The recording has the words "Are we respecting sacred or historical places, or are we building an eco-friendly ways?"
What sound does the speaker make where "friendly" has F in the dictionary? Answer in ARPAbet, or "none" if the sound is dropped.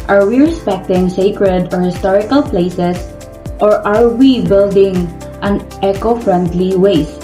F